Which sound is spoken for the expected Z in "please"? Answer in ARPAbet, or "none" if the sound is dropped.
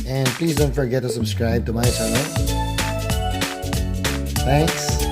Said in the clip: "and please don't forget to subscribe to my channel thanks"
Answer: Z